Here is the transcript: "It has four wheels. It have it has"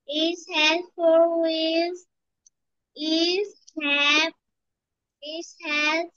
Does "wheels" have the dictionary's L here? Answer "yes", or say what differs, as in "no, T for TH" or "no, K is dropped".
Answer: no, L is dropped